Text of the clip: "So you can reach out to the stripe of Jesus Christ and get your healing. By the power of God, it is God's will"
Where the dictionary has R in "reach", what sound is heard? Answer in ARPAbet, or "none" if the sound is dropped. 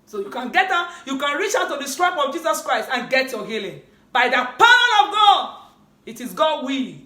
R